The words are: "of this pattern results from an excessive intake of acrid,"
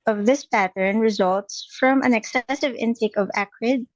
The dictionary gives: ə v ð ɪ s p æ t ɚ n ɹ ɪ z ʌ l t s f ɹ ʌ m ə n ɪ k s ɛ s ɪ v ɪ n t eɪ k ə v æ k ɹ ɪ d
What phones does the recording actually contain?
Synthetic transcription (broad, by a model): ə v ð ɪ s p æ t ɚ n ɹ ɪ z ʌ l t s f ɹ ʌ m ə n ɪ k s ɛ s ɪ v ɪ n t eɪ k ə v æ k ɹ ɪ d